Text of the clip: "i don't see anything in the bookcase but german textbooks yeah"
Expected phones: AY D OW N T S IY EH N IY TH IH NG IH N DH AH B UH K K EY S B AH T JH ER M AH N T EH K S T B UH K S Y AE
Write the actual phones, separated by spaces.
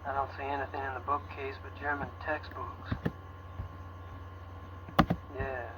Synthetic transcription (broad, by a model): AY D OW N T S IY EH N IY TH IH NG IH N DH AH B UH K K EY S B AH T JH ER M AH N T EH K S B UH K S Y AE